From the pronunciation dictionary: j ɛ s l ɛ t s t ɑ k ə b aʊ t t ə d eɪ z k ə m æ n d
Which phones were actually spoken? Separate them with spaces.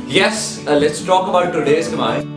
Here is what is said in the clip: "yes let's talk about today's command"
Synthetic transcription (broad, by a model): j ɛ s l ɛ t s t ɑ k ə b aʊ t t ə d eɪ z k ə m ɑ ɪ